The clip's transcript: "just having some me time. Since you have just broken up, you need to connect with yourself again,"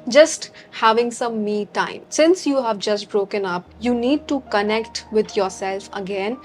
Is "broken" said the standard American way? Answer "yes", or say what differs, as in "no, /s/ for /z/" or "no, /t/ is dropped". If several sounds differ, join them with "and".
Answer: yes